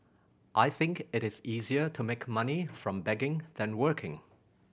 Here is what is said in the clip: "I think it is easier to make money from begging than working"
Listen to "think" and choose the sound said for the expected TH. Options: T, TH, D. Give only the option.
TH